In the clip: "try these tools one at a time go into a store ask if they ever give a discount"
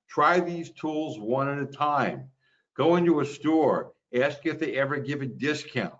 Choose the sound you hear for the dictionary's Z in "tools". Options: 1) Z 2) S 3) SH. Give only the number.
1